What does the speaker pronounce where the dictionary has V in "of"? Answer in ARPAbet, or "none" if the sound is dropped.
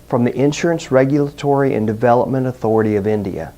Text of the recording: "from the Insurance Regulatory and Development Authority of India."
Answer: V